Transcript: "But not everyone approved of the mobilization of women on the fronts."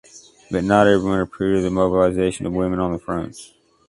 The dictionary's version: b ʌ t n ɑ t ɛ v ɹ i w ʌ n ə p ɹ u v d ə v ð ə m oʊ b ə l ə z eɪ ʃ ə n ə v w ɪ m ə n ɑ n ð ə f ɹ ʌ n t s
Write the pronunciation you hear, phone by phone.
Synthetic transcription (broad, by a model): b ʌ t n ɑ t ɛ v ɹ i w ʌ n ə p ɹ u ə ð ə m oʊ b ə l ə z eɪ ʃ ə n ə v w ɪ m ə n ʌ n ð ə f ɹ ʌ n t